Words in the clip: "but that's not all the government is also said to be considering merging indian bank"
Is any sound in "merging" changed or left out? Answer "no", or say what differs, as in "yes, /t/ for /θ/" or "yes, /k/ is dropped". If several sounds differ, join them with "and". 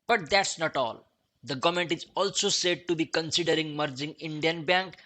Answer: no